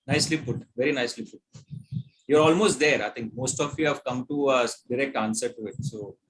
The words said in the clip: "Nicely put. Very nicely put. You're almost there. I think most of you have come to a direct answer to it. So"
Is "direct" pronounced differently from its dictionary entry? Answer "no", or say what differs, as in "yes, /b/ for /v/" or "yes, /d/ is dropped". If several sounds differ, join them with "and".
no